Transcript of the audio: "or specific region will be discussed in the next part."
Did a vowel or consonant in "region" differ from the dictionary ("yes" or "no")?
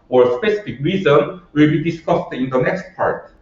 yes